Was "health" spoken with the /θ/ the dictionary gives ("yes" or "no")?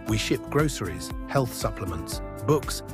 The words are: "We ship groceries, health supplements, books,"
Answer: yes